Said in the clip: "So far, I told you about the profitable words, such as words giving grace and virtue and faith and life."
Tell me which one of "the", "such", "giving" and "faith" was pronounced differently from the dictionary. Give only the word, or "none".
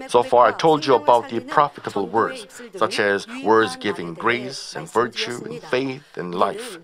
none